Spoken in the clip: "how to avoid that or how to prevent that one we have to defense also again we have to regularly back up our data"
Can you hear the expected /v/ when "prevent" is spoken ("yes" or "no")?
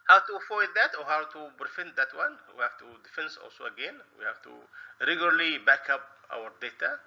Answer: no